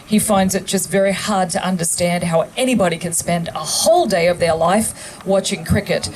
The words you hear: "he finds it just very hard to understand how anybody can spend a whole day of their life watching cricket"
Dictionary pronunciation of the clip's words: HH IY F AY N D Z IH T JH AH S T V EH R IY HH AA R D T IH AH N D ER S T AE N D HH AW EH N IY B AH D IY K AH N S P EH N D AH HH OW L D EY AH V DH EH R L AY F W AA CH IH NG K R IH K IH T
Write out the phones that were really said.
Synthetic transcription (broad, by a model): HH IY F AY N D Z IH T JH AH S T V EH R IY HH AA R D T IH AH N D ER S T AE N D HH AW EH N IY B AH D IY K AH N S P EH N D AH HH OW L D EY AH V DH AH R L AY F W AA CH IH NG K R IH K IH T